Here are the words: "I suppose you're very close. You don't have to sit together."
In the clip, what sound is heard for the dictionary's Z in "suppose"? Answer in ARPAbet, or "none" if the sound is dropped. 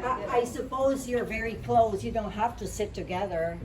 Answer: Z